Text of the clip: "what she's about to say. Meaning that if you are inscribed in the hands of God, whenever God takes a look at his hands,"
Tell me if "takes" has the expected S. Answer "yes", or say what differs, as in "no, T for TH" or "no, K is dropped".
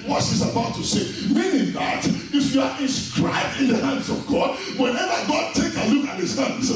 no, S is dropped